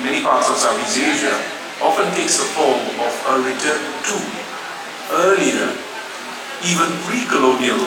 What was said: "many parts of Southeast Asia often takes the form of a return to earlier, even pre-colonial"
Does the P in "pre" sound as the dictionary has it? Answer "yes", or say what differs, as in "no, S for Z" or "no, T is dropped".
no, F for P